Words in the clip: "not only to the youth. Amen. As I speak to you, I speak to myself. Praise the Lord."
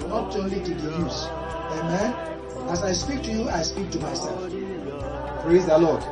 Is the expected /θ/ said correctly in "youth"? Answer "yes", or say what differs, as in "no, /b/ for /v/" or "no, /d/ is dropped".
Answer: no, /s/ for /θ/